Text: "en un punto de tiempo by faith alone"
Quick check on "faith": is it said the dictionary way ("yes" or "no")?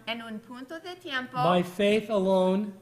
yes